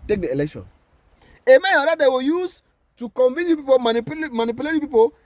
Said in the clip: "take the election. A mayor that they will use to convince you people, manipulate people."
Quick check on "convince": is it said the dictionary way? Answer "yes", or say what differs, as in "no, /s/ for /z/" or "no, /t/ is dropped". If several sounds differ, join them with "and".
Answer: no, /s/ is dropped